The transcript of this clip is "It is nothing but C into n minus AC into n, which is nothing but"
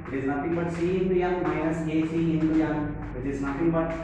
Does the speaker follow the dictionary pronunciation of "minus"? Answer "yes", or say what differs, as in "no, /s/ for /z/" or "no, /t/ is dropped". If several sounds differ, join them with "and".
no, /n/ is dropped